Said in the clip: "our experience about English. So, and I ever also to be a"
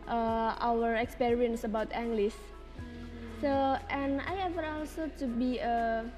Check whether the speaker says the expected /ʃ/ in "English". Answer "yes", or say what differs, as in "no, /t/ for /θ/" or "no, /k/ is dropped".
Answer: no, /s/ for /ʃ/